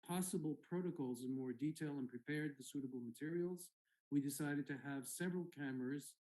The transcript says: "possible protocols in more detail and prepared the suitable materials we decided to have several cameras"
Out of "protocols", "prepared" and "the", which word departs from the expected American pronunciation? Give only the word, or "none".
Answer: none